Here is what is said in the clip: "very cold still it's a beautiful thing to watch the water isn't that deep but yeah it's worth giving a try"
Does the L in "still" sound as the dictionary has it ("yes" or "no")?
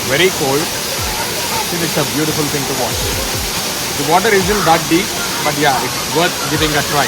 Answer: no